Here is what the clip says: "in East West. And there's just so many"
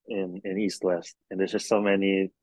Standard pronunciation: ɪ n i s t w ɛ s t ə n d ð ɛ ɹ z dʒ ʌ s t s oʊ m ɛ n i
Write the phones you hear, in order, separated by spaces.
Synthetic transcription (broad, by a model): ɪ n i s t w ɛ s t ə n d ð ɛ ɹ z dʒ ʌ s t s oʊ m ɛ n i